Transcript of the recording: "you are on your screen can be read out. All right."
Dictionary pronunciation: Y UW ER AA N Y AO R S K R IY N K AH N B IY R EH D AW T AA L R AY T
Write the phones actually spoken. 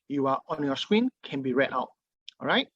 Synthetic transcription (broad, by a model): Y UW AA AA N Y AO S K W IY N K AH N B IY R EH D AW T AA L R AY T